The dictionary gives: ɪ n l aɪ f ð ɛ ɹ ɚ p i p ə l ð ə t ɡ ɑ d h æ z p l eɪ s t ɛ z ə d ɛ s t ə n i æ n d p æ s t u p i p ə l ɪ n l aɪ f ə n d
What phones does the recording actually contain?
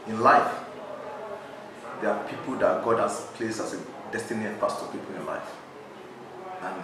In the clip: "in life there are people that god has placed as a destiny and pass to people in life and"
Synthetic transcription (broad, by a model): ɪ n l aɪ f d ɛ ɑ p i p ə l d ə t ɡ ɑ d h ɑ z p l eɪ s ɛ s ə d ɛ s t ə n i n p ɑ s t u p i p ə l ɪ n l aɪ f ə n